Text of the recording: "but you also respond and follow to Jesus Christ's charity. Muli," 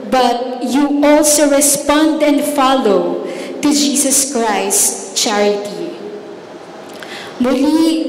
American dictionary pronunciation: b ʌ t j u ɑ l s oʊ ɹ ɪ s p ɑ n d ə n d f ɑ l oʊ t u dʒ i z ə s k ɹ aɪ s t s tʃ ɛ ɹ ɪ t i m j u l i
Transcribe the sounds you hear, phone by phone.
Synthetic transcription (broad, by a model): b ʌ t j u ɑ l s oʊ ɹ ɪ s p ɑ n d ə n d f ɑ l oʊ t u dʒ i s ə s k ɹ aɪ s s tʃ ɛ ɹ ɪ t i m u l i